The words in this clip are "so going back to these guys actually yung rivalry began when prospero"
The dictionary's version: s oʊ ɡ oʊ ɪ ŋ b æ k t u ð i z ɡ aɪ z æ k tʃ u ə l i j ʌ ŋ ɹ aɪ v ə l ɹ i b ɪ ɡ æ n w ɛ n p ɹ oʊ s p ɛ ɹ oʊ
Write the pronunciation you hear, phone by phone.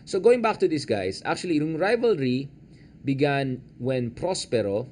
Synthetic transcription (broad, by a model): s oʊ ɡ oʊ ɪ ŋ b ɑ k t u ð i s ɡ aɪ s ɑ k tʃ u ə l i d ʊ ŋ ɹ aɪ v ə l ɹ i b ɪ ɡ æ n w ɛ n p ɹ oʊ s p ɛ ɹ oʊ